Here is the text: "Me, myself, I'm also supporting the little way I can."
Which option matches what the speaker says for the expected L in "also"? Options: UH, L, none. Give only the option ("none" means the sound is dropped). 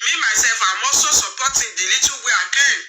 none